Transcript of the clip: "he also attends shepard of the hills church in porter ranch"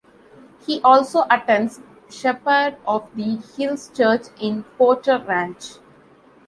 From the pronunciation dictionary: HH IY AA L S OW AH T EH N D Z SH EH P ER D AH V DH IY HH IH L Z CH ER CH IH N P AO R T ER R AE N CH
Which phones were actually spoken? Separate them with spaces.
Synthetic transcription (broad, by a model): HH IY AA L S OW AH T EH N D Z SH EH P ER D AH V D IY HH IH L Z CH ER CH IH N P AO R T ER R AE N CH